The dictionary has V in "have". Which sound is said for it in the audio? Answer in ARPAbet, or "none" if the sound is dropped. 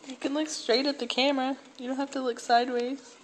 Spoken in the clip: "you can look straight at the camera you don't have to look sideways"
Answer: F